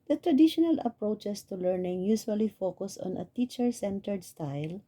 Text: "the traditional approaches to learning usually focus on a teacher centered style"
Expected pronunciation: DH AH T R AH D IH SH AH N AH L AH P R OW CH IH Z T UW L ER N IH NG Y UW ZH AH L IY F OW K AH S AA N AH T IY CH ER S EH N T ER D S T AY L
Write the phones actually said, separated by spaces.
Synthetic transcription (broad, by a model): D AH T R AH D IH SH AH N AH L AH P R OW CH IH S T UW L ER N IH NG Y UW S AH L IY F OW K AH S AA N AH T IY CH ER S EH N T ER D S T AY L